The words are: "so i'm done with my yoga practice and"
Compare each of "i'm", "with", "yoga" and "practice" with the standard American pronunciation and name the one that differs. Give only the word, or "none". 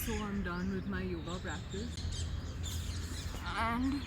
practice